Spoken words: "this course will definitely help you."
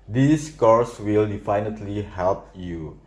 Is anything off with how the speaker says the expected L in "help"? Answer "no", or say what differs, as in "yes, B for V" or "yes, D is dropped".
no